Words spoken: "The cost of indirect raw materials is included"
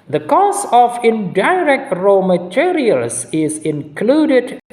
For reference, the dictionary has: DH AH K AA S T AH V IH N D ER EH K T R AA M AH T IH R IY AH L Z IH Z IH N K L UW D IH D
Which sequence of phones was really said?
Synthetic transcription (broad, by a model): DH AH K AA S AH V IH N D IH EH K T R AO M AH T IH R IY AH L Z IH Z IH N K L UW D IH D